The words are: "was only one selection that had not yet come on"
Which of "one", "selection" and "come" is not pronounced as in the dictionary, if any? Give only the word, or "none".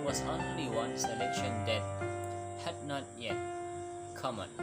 none